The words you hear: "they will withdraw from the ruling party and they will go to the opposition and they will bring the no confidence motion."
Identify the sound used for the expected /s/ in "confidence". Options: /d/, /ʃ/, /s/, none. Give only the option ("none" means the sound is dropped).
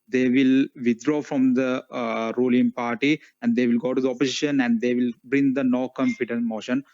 none